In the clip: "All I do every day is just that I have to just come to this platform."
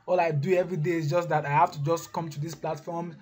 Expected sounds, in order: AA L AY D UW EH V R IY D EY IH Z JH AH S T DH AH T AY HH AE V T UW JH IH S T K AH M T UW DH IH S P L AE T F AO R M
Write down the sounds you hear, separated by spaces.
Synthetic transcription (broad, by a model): AA L AY D UW EH V R IY D EY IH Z JH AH S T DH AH T AY HH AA F T UW JH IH S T K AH M T UW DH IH S P L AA T F AO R M